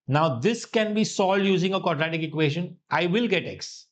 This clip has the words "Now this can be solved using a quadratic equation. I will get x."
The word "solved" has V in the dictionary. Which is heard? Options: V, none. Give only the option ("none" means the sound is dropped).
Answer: none